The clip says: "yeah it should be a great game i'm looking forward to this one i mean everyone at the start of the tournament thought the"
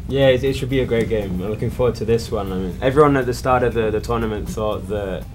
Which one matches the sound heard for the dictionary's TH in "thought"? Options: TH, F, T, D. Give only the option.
TH